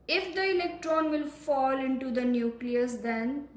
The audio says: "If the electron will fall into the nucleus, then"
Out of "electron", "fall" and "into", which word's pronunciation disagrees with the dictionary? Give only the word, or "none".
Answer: none